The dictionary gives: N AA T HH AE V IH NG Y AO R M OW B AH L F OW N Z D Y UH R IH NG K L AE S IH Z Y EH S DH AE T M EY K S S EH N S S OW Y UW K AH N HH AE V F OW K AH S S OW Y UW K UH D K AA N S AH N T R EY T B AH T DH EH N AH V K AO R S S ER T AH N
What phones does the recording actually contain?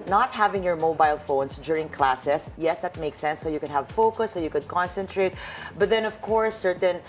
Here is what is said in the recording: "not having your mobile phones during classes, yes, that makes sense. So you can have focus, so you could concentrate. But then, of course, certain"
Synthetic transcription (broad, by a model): N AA T HH AE V IH NG Y AO R M OW B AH L F OW N S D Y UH R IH NG K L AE S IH S Y EH S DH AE T M EY K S S EH N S S OW Y UW K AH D HH AE V F OW K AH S S OW Y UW K UH D K AA N S AH N T R EY T B AH T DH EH N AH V K AO R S S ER T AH N